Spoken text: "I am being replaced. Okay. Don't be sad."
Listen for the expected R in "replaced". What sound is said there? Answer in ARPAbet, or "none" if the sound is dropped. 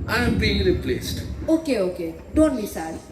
L